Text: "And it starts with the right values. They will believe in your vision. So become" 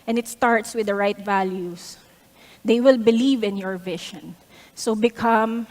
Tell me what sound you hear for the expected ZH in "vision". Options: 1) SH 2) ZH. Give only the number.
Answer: 1